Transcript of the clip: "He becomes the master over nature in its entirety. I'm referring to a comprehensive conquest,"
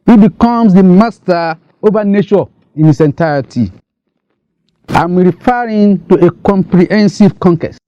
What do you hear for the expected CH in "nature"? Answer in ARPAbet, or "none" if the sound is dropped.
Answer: SH